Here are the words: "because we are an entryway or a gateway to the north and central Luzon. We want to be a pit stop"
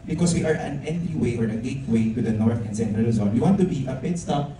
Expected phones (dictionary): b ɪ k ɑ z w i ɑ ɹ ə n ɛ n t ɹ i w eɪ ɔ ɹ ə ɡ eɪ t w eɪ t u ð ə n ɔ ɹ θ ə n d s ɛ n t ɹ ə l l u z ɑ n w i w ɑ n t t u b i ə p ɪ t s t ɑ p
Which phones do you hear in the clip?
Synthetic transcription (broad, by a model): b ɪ k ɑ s w i ɑ ɹ ə n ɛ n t i w eɪ ɔ ɹ ə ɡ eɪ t w eɪ t u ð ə n ɔ ɹ θ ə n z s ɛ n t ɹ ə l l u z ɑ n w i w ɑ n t t u b i ə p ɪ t s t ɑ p